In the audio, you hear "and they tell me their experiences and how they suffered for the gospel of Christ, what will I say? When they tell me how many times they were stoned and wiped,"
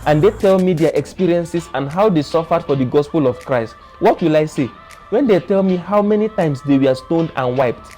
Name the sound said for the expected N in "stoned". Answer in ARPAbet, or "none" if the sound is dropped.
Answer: N